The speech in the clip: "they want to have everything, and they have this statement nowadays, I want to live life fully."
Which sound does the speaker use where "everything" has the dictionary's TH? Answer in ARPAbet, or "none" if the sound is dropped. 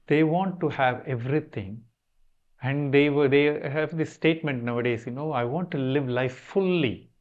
T